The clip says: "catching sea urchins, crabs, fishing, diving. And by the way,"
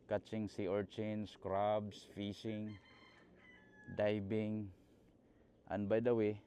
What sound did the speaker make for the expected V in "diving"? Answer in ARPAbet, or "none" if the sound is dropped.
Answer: B